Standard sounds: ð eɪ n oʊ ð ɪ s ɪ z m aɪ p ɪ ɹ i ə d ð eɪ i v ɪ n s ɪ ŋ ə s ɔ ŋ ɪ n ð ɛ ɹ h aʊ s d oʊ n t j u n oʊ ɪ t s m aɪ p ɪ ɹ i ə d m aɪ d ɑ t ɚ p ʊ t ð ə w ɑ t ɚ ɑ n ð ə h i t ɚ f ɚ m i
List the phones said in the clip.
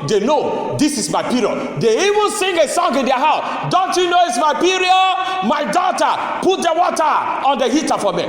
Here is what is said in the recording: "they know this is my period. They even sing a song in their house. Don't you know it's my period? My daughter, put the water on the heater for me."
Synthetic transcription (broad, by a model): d eɪ n oʊ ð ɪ s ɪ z m aɪ p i ɹ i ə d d eɪ i v ɪ n s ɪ ŋ ə s ɔ ŋ ɪ n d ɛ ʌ h aʊ s d oʊ n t j u n oʊ ɪ t s m aɪ p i ɹ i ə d m aɪ d ɑ t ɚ p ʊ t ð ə w ɑ t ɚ ɑ n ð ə h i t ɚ f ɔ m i